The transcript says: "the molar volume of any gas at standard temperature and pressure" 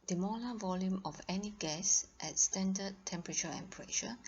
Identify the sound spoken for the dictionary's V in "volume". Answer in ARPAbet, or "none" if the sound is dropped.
V